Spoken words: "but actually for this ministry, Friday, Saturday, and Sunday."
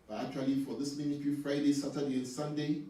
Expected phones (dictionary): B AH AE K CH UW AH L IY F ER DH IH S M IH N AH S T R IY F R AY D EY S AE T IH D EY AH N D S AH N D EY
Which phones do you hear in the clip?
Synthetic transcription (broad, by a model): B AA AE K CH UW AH L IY F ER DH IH S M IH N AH T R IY F R AY D EY S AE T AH D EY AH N S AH N D EY